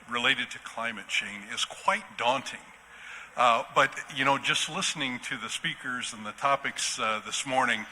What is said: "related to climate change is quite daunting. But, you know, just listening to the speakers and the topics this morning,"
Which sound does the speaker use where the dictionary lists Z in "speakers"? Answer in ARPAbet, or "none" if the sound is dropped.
Z